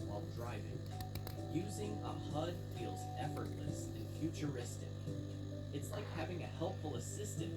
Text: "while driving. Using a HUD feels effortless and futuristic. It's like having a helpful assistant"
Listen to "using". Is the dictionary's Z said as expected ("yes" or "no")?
yes